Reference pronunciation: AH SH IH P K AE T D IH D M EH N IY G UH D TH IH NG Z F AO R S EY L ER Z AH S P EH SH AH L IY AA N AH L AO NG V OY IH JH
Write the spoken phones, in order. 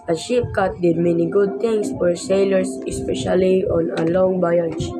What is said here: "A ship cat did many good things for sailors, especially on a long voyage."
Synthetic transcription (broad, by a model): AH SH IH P K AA T D IH D M EH N IY G UH D T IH NG S F AO R S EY L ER S AH S P EH SH AH L IY AA N AH L AO NG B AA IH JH